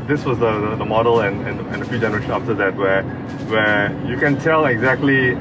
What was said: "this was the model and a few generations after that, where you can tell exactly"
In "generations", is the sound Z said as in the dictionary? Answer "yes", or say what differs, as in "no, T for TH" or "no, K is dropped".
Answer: no, Z is dropped